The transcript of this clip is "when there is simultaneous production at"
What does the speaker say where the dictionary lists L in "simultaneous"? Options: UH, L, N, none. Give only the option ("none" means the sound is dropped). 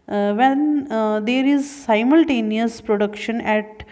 L